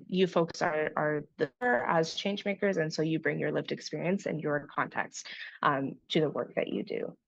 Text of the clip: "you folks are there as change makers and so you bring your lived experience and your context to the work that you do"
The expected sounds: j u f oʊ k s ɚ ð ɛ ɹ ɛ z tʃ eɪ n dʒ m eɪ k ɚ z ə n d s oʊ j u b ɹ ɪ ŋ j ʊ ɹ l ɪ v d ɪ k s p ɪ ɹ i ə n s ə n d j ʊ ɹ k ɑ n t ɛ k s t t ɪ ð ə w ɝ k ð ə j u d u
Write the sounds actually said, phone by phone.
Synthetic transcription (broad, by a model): j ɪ f oʊ k s ɚ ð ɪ ɹ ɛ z tʃ eɪ n dʒ m eɪ k ɚ z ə n s oʊ j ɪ b ɹ ɪ ŋ j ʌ ɹ l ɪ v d ɪ k s p ɪ ɹ i ə n s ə n j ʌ ɹ k ɑ n t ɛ k s t t ɪ ð ə w ɝ k ð ə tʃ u d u